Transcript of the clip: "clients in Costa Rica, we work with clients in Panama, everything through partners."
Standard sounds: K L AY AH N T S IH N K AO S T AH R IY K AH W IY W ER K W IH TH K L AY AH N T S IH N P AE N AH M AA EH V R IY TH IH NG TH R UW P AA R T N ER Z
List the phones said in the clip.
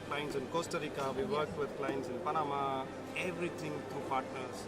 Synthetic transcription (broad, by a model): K L AY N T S IH N K AO S T AH R IY K AH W IY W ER K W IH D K L AY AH N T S IH N P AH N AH M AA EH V R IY T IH NG T R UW P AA R T N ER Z